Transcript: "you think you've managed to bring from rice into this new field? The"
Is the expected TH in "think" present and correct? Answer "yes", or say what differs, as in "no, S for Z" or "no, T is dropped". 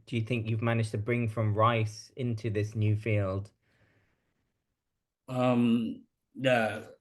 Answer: yes